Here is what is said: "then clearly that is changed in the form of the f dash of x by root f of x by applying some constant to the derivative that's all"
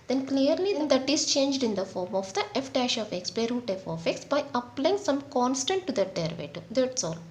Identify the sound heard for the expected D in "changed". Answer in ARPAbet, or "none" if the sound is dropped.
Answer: D